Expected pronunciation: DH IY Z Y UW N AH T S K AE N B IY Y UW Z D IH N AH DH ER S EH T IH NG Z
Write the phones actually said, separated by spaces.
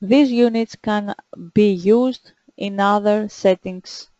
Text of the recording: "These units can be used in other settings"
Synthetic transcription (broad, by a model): DH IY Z Y UW N AH T S K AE N B IY Y UW Z D IH N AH DH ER S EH T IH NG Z